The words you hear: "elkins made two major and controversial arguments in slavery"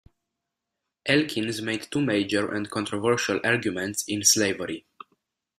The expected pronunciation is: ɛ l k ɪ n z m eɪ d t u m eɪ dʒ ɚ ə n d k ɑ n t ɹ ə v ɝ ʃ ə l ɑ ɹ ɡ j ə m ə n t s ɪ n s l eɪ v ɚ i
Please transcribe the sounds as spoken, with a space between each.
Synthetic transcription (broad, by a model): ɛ l k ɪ n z m eɪ d t u m eɪ dʒ ɚ ə n d k ɑ n t ɹ ə v ɝ ʃ ə l ɑ ɹ ɡ j ə m ə n t s ɪ n s l eɪ v ɚ i